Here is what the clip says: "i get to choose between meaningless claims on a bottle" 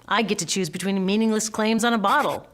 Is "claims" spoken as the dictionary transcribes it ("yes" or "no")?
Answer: yes